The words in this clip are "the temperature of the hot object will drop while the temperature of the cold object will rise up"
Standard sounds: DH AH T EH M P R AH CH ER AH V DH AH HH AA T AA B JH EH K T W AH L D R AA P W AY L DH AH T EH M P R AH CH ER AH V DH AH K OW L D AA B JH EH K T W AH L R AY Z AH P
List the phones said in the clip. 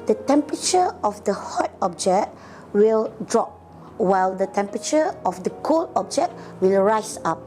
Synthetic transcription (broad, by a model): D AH T EH M P R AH CH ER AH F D AH HH AA T AA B JH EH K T W AH L D R AA P W AY L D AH T EH M P R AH CH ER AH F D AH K OW L AA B JH EH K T W AH L R AY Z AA P